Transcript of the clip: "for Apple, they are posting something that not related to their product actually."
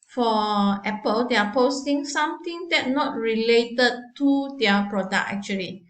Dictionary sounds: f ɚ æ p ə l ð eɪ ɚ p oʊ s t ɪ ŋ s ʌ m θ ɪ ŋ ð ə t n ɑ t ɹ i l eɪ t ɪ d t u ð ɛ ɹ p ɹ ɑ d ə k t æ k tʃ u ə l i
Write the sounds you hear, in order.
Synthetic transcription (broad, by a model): f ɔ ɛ p ə l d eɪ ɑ p oʊ s t ɪ ŋ s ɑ m t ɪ ŋ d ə t n ɑ t ɹ i l eɪ t ɪ d t u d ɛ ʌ p ɹ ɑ d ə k ɛ k tʃ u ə l i